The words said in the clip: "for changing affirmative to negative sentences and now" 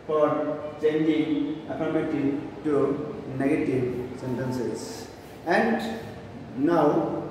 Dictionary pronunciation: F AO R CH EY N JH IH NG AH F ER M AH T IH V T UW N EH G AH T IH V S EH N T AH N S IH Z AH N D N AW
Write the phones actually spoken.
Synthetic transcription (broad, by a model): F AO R CH EY N JH IH NG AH P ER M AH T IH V T UW N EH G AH T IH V S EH N T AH N S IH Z AH N D N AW